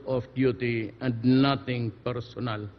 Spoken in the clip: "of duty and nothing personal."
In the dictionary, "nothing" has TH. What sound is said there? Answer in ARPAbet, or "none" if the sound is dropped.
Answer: T